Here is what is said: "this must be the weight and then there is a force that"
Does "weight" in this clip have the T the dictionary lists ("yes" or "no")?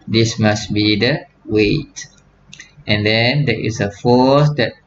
yes